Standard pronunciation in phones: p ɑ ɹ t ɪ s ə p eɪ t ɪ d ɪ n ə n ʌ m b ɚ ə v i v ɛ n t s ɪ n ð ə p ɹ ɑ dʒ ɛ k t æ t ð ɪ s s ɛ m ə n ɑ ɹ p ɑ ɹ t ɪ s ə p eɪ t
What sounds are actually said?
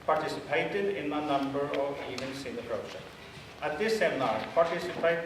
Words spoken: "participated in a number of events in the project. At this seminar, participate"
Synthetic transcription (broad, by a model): p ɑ ɹ t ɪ s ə p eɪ t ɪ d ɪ n ə n ʌ m b ɚ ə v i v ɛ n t s ɪ n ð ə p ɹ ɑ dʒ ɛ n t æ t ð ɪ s s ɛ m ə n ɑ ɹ p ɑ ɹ t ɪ s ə p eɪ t